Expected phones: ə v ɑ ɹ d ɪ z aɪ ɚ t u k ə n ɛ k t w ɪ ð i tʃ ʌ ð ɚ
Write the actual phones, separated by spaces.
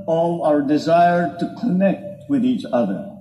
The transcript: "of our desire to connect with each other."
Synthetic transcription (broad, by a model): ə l ɑ ɹ d ɪ z aɪ ɚ t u k ə n ɛ k t w ɪ ð i tʃ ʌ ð ɚ